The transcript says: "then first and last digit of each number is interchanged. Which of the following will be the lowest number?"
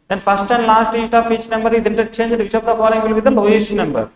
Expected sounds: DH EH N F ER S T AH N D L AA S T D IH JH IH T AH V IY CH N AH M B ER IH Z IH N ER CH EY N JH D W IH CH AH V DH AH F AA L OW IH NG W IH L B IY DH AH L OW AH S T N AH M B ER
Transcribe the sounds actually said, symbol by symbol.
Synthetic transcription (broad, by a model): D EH N F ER S T AH N D L AA S T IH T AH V IY CH N AH M B ER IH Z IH N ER CH EY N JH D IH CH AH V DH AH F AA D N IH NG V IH L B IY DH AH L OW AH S N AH M B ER